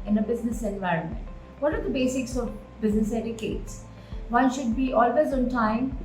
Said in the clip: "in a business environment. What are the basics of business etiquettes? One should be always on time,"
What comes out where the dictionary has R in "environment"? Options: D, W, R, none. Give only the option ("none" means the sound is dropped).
R